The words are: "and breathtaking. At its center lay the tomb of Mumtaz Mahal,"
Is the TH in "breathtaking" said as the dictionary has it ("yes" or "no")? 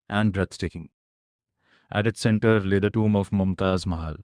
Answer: no